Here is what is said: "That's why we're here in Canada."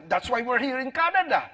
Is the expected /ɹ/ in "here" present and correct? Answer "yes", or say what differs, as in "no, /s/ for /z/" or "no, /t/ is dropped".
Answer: yes